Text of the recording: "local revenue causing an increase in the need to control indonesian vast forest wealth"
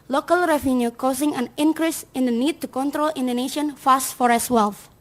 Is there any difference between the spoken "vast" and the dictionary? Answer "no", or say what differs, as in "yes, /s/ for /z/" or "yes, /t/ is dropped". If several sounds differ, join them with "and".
yes, /f/ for /v/